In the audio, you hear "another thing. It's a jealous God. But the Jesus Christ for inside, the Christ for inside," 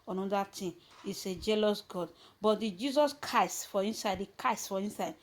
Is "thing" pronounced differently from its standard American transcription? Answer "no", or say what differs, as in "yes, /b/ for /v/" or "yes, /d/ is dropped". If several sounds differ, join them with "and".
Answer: yes, /t/ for /θ/